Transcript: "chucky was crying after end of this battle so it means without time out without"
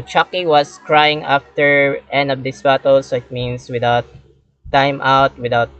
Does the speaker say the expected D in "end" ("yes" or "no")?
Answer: no